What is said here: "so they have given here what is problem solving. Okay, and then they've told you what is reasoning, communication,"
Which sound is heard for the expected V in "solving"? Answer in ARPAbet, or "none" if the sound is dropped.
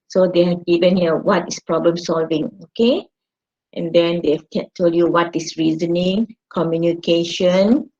V